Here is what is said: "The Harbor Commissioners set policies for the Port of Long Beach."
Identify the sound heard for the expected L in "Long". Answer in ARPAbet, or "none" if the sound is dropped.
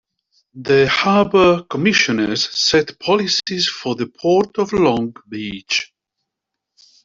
L